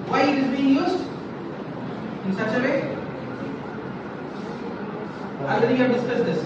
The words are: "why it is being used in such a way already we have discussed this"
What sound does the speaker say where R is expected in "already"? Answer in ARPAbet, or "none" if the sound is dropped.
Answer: none